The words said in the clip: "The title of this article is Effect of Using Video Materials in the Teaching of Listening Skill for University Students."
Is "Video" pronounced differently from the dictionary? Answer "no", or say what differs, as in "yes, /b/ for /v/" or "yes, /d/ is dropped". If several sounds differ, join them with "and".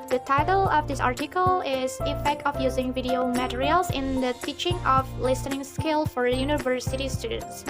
no